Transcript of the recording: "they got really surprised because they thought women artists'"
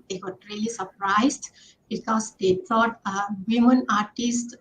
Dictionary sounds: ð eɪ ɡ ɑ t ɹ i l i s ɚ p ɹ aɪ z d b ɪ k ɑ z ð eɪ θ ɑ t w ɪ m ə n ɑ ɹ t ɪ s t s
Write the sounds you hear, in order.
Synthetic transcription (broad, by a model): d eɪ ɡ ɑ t ɹ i l i s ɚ p ɹ aɪ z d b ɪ k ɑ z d eɪ t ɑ t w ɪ m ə n ɑ ɹ t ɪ s t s